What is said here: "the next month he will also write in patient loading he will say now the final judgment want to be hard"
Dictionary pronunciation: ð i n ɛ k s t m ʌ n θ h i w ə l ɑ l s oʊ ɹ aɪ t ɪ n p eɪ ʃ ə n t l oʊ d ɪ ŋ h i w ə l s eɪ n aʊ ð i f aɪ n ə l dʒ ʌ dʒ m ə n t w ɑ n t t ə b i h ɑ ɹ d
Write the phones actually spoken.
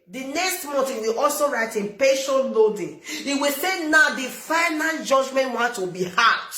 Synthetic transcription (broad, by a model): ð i n ɛ k s t m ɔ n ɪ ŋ w ə l ɑ l s oʊ ɹ aɪ t ɪ n p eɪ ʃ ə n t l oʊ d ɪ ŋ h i w ə l s eɪ n aʊ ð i f aɪ n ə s dʒ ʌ dʒ m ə n t w ɑ n t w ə b i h ɑ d